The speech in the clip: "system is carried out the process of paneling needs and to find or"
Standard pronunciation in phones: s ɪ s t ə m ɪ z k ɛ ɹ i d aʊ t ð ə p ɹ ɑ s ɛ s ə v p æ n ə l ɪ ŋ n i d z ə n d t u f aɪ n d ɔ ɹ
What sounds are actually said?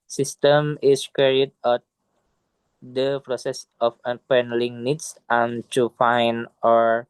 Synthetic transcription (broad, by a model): s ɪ s t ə m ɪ s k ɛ ɹ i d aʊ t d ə p ɹ ɑ s ɛ s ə f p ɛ n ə l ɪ ŋ n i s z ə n t u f aɪ n ɔ ɹ